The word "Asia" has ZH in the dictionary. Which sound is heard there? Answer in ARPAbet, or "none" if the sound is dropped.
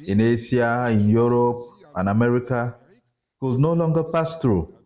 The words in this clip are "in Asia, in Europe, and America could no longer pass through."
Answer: S